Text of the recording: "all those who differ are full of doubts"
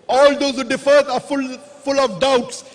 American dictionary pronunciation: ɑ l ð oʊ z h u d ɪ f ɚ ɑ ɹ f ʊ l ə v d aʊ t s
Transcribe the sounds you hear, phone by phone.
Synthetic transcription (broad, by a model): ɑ l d oʊ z h u d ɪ f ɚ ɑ l f ʊ l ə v d aʊ t s